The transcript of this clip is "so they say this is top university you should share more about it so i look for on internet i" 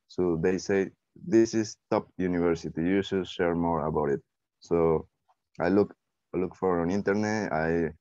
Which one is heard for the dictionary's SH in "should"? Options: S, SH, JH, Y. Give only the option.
S